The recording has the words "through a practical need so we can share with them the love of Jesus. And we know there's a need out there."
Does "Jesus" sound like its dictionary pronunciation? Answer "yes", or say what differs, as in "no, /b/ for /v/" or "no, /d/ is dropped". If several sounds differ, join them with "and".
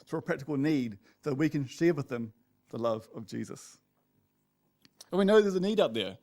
yes